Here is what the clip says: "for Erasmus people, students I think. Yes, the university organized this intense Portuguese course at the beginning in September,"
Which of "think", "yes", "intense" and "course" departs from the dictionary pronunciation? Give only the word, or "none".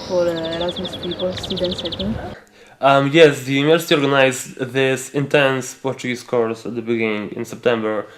think